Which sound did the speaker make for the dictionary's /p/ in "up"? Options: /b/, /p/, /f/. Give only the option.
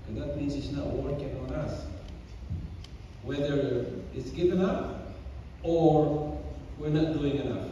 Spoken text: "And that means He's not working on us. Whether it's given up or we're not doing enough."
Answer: /f/